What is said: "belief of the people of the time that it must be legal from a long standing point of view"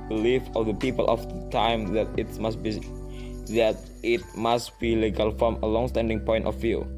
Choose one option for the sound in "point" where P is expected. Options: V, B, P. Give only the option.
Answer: P